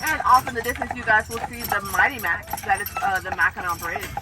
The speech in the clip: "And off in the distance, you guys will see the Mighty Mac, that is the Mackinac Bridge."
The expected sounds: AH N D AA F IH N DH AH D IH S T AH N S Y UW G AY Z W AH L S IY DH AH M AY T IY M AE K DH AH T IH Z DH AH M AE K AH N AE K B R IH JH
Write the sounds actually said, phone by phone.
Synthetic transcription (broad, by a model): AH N AA F IH N DH AH D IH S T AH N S Y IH G AY Z W AH L S IY DH AH M AY T IY M AE K DH AH T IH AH DH AH M AE K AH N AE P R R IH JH